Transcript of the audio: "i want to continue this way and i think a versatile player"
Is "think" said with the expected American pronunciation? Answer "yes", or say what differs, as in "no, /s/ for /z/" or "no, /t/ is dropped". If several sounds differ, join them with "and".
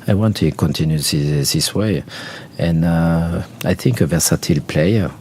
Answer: yes